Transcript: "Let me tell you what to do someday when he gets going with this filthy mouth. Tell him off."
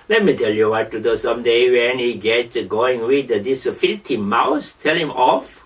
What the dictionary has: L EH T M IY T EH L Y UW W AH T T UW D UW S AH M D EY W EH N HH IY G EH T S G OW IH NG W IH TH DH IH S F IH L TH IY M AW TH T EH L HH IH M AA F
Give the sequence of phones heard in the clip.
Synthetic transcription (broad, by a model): L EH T M IY T EH L Y UW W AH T T UW D UW S AH M D EY W EH N HH IY G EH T G OW IH NG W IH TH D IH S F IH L T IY M AW S T EH L HH IH M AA F